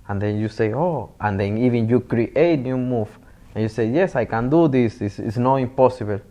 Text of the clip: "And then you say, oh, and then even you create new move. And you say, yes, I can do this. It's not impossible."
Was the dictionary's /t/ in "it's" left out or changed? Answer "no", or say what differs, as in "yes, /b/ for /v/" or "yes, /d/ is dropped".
yes, /s/ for /t/